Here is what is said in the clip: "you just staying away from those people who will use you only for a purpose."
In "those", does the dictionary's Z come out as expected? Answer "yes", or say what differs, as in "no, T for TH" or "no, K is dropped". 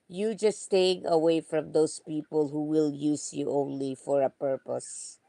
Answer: no, S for Z